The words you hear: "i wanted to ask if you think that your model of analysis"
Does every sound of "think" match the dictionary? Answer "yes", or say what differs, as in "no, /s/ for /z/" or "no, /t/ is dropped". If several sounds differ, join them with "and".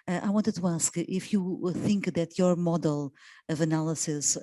yes